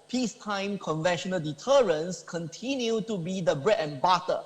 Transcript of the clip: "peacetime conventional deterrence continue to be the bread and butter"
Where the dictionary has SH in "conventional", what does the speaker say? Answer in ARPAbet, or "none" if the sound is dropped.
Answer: SH